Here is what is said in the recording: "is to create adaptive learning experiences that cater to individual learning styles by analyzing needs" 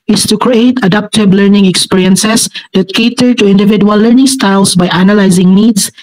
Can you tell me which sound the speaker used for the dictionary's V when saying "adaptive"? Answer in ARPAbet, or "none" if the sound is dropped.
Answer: B